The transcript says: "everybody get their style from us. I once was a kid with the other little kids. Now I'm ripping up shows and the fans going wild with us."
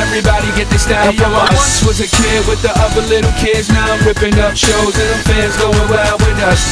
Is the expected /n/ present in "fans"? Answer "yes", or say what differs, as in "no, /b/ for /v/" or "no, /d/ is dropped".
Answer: no, /n/ is dropped